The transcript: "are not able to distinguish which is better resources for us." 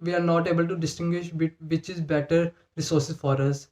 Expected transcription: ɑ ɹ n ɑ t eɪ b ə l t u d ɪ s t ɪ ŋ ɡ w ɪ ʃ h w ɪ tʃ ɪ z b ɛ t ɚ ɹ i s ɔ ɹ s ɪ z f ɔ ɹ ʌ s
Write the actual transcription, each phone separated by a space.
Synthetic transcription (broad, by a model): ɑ ɹ n ɑ t eɪ b ə l t u d ɪ s t ɪ ŋ ɡ w ɪ ʃ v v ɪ tʃ ɪ z b ɛ t ɚ ɹ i s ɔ ɹ s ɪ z f ɔ ɹ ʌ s